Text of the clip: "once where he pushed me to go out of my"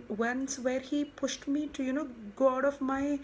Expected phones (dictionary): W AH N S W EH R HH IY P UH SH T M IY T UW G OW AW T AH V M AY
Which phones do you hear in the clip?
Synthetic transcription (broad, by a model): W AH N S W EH R HH IY P UH SH T M IY T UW G OW AW T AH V M AY